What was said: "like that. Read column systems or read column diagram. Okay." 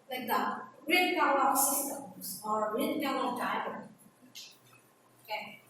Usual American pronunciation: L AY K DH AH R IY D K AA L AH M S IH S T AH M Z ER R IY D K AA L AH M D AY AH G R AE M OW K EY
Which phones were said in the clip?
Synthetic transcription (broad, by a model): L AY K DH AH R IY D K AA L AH S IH S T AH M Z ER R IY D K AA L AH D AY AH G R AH OW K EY